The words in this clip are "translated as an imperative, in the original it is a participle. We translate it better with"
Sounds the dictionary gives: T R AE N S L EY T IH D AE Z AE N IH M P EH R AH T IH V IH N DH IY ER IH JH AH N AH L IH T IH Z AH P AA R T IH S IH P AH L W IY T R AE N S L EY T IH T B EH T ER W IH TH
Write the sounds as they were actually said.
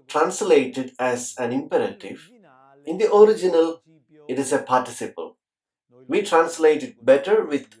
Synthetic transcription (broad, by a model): T R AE N S L EY T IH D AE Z AE N IH M P EH R AH T IH V IH N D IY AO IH JH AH N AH L IH T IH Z AH P AA R T IH S IH P AH L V IY T R AE N S L EY T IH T B EH T ER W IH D